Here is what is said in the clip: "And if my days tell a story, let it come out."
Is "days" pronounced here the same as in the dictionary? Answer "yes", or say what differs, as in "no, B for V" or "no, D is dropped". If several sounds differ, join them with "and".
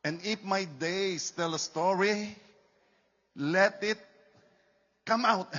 no, S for Z